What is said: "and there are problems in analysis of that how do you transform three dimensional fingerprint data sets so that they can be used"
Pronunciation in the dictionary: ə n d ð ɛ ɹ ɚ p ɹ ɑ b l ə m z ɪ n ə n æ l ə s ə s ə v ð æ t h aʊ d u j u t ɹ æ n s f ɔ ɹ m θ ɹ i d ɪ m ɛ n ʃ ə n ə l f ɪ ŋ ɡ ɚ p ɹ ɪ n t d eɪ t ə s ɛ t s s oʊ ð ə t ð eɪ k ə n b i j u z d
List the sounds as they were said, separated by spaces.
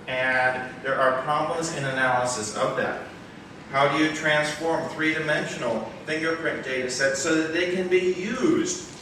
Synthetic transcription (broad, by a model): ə n ð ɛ ɹ ɚ p ɹ ɑ b l ə m z ɪ n ə n æ l ə s ə s ə v ð æ t h aʊ d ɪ j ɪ t ɹ æ n s f ɔ ɹ m θ ɹ i d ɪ m ɛ n ʃ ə n l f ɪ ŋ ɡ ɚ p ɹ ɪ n d eɪ t ə s ɛ t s s oʊ ð ə t ð eɪ k ə n b i j u z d